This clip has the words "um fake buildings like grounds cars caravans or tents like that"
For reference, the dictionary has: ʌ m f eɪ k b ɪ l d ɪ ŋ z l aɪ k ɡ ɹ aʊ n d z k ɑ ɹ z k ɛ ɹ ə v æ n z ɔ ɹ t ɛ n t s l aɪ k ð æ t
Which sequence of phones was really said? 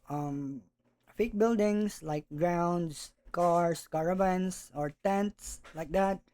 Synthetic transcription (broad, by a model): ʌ m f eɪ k b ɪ l d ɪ ŋ s l aɪ k ɡ ɹ aʊ n d s k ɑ ɹ s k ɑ ɹ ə b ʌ n s ɔ ɹ t ɛ n t s l aɪ k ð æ t